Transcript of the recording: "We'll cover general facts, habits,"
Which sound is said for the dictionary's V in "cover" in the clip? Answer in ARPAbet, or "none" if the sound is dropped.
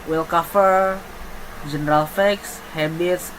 F